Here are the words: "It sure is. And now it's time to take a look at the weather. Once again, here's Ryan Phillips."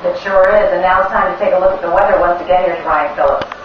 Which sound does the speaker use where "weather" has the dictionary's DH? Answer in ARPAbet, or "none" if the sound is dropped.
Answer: DH